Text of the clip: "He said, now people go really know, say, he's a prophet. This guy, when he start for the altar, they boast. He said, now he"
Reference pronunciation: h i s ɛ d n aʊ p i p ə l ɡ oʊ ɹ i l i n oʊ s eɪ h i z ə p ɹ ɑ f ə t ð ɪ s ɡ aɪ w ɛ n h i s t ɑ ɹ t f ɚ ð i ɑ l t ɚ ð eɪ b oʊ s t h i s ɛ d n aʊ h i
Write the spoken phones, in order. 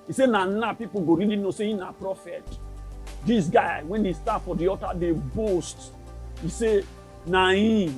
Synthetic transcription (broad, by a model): i s ɛ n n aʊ p i p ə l ɡ oʊ ɹ i l i n oʊ s eɪ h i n ə p ɹ ɑ f ə t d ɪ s ɡ aɪ w ɛ n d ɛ s t ɑ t f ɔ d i ɑ t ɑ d eɪ b oʊ s t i s ɛ n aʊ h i